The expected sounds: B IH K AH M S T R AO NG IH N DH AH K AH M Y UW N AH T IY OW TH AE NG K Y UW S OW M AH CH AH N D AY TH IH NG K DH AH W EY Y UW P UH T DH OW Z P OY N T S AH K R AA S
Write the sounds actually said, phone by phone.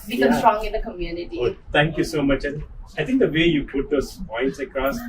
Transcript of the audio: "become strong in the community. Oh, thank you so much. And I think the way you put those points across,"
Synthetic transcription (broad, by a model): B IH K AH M S T R AO NG IH N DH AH K AH M Y UW N AH T IY OW T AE NG K Y UW S OW M AH CH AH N AY T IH NG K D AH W EY Y UW P UH T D OW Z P OY N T S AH K R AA S